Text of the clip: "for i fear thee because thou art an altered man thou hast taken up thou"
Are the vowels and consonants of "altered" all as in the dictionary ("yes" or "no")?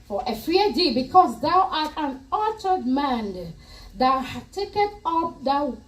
no